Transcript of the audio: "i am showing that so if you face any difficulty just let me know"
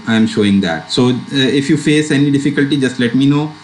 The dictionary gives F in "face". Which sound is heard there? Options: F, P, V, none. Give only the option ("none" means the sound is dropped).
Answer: F